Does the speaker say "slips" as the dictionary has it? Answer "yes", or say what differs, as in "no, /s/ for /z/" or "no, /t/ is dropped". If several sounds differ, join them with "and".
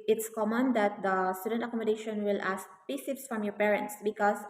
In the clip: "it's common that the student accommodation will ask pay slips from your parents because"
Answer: no, /l/ is dropped